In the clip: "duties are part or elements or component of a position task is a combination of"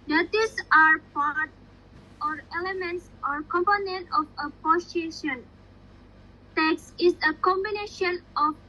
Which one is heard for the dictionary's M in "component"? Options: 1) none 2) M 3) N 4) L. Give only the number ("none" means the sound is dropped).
2